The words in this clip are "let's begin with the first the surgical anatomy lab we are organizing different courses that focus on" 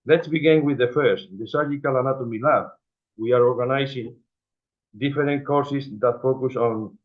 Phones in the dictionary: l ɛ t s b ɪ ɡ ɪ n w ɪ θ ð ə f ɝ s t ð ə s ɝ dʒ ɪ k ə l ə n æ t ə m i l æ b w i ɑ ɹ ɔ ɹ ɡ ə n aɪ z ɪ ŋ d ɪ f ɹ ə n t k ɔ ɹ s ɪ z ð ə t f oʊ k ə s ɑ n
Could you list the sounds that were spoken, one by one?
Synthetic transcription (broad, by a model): l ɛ t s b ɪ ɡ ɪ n w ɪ ð ə f ɝ s t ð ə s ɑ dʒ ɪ k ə l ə n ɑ t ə m i l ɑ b w i ɑ ɹ ɔ ɹ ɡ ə n aɪ s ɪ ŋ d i f ɹ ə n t k ɔ ɹ s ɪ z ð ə t f oʊ k ə s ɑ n